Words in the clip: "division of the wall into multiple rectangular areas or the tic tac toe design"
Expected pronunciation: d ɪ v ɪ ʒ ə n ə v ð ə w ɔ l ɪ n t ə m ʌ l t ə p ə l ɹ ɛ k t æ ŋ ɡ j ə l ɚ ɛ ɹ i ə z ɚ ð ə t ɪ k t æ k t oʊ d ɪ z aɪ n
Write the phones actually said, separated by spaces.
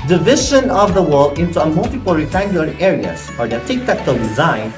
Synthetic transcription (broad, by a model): d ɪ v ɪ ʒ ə n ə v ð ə w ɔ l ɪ n t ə m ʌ l t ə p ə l ɹ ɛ t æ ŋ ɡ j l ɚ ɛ ɹ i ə s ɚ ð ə t ɪ k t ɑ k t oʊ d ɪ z aɪ n